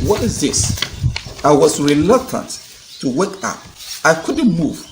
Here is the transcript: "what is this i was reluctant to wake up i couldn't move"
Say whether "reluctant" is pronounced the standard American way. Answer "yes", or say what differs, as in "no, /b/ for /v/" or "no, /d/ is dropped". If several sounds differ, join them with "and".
yes